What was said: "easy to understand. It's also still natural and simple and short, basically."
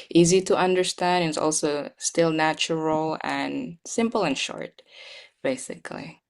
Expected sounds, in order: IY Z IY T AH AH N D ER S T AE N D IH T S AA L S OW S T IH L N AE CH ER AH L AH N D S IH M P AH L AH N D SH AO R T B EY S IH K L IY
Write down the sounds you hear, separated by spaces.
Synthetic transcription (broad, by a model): IY Z IY T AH AH N D ER S T AE N D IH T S AA L S OW S T IH L N AE CH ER L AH N S IH M P L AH N SH AO R T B EY S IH K L IY